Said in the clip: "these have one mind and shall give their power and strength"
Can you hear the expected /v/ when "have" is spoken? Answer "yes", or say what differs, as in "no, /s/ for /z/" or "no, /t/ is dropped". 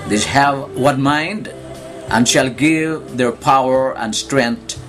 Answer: yes